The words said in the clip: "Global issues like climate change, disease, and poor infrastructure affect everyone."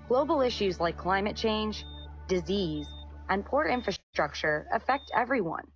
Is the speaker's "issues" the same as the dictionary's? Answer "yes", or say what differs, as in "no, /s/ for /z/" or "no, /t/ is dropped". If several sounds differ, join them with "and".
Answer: yes